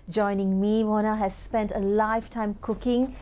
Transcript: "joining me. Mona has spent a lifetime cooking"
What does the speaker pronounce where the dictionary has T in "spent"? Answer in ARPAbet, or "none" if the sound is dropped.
T